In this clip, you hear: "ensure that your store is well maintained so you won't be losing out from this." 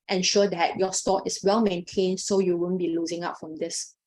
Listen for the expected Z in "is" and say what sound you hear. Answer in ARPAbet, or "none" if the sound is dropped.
S